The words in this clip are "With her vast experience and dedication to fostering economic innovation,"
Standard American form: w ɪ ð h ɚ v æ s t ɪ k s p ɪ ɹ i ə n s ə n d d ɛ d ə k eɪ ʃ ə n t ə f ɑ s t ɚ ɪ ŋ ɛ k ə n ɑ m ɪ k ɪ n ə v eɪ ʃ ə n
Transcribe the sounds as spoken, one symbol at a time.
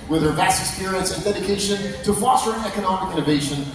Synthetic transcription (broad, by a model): w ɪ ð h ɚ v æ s ɪ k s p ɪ ɹ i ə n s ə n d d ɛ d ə k eɪ ʃ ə n t ə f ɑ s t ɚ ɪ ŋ ɛ k ə n ɑ m ɪ k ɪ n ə v eɪ ʃ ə n